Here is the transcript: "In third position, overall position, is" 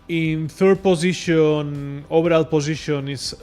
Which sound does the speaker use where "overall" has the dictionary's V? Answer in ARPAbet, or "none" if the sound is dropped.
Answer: B